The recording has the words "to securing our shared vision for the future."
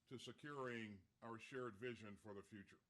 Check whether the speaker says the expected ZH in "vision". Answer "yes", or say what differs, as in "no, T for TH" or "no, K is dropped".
yes